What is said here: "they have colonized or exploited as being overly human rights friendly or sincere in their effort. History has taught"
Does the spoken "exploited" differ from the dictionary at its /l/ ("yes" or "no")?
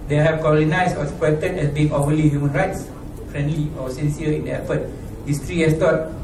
yes